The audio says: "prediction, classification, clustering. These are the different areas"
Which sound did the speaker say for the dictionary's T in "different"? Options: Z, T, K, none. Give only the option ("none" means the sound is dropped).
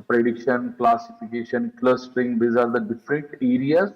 T